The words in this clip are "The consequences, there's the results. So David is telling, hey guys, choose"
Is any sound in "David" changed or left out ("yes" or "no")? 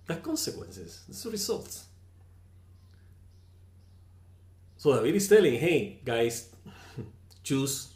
yes